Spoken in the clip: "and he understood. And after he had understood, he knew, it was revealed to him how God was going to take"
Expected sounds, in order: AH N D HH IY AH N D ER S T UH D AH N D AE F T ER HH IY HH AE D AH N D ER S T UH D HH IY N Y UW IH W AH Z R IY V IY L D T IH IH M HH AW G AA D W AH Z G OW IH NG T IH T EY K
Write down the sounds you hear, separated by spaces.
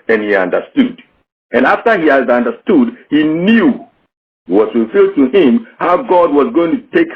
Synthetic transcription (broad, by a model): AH N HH IY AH N D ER S T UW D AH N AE F T ER HH IY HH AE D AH N D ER S T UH D HH IY N Y UW IH W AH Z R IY F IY L D T IH IH M HH AW G AA D W AH Z G OW IH NG T IH T EY K